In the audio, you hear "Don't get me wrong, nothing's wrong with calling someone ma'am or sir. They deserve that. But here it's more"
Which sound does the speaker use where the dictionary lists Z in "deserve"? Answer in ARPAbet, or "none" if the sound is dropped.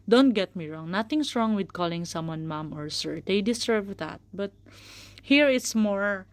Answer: S